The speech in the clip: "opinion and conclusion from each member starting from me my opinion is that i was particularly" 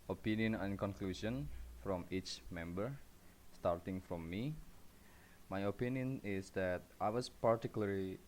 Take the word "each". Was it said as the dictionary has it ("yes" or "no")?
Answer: yes